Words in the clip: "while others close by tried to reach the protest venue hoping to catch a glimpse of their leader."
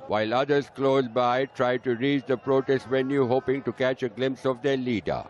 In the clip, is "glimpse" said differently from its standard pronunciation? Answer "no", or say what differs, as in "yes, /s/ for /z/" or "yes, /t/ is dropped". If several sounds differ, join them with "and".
no